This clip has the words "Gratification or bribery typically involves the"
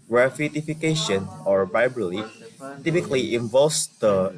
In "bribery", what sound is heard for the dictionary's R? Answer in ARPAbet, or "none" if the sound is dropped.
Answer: none